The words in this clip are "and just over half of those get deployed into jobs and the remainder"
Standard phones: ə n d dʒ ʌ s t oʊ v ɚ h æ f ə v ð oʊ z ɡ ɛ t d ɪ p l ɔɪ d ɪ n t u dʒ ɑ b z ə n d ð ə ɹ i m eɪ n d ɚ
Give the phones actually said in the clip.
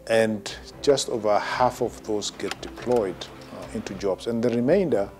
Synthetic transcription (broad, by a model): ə n dʒ ʌ s t oʊ v ɚ h æ f ə v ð oʊ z ɡ ɛ t d ɪ p l ɔɪ d ɪ n t u dʒ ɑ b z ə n ð ə ɹ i m eɪ n d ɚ